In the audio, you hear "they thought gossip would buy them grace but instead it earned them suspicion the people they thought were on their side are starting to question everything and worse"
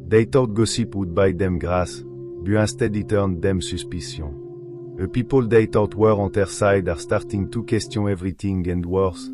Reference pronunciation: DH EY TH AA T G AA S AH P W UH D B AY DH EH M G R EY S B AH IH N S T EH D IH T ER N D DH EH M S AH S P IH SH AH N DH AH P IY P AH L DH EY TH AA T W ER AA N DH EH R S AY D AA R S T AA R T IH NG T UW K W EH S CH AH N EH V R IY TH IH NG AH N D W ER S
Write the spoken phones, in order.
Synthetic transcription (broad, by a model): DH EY T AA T G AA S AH P W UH D B AY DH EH M G R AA S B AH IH S T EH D IH T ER N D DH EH M S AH S P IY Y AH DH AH P IY P AH L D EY T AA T W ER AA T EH R S AY D AA R S T AA R T IH NG T UW K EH S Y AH EH V R IY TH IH NG AH N D W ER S